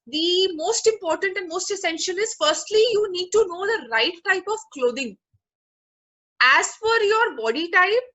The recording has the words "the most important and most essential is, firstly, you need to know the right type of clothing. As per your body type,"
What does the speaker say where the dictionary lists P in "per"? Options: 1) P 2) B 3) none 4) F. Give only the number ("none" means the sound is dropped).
4